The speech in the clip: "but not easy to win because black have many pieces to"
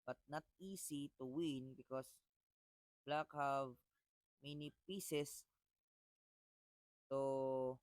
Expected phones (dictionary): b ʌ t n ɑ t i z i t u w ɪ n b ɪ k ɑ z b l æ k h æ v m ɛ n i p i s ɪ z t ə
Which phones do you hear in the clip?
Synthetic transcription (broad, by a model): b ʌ t n ɑ t i s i t u w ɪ n b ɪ k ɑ s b l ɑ k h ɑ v m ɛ n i p i s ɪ s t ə